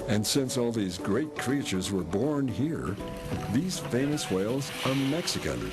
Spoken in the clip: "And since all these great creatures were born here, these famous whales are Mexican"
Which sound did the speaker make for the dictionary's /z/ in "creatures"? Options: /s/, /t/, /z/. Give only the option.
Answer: /z/